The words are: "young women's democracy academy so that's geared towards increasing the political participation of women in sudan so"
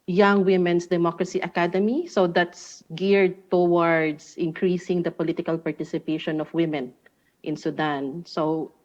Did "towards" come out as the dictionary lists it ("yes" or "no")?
no